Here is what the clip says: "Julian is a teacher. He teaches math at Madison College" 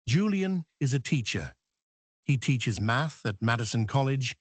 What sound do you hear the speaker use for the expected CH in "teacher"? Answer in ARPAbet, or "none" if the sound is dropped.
CH